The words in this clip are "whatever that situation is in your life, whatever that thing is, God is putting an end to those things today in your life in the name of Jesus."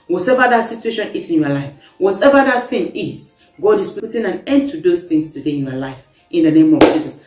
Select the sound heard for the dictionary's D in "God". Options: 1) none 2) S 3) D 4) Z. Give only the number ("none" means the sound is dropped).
3